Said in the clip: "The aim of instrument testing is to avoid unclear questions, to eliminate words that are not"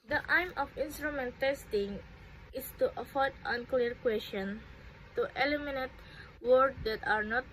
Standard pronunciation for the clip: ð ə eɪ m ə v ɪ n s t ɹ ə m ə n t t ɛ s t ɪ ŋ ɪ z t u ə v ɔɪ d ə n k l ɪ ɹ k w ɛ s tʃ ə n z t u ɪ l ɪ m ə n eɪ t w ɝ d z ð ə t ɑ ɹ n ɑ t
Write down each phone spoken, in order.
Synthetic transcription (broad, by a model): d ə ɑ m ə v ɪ n s t ɹ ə m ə n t t ɛ s t ɪ ŋ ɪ s t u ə f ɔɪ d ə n k l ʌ ɹ k w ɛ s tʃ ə n t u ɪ l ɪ m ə n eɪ t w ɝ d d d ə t ɑ ɹ n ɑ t